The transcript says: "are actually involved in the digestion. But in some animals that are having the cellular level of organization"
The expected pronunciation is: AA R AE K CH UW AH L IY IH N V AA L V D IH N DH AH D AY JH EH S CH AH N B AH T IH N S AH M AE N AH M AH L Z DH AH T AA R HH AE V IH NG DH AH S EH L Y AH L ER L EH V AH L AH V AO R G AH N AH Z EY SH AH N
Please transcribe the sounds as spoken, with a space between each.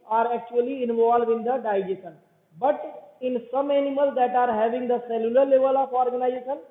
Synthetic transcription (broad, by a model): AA R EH K CH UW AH L IY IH N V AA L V IH N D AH D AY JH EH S AH N B AH T IH N S AH M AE N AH M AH L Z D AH T AA R HH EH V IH NG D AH S EH L Y AH L ER L EH V AH L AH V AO R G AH N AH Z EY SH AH N